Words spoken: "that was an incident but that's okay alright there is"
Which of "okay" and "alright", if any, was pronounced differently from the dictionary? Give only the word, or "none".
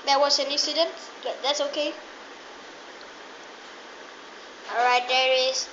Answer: alright